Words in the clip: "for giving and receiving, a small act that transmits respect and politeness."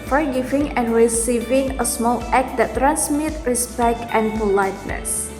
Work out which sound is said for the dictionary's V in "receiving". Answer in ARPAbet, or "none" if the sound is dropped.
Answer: V